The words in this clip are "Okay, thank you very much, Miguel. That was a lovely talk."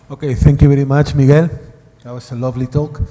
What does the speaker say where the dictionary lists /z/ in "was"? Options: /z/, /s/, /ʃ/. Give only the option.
/s/